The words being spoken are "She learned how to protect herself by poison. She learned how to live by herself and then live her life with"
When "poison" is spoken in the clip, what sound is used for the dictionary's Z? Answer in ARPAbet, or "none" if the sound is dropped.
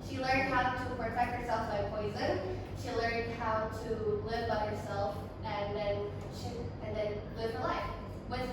Z